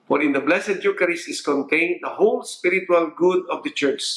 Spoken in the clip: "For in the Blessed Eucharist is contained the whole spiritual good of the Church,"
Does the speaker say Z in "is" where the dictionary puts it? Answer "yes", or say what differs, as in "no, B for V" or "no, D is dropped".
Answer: no, S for Z